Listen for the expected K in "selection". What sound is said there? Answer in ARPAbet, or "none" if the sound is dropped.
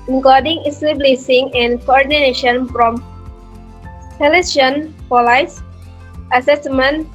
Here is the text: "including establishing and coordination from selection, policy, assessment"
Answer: none